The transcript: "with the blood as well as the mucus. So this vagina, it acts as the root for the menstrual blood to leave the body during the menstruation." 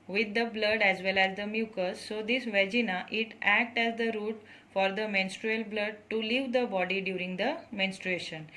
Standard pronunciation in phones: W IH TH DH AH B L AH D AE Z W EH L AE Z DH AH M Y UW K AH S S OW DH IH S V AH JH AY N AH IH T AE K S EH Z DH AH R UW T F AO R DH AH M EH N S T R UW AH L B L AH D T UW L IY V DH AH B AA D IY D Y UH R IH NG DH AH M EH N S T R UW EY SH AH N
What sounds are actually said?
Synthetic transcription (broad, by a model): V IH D AH B L AH D AE Z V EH L AE Z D AH M Y UW K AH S S OW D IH S V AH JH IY N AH IH T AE K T EH Z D AH R UW T F AO R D AH M EH N S T R UW AH L B L AH D T UW L IY V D AH B AA D IY D Y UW R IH NG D AH M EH N S T R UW EY SH AH N